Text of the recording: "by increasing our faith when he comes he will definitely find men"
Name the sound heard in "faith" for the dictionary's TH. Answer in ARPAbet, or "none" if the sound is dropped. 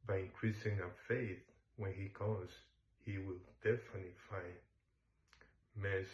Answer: TH